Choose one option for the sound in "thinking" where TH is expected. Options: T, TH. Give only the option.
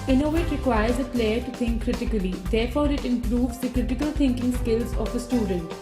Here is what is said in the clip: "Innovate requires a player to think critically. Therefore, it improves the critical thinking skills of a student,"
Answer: T